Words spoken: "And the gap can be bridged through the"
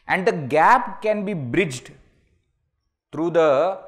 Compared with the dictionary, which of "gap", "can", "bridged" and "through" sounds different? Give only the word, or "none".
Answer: through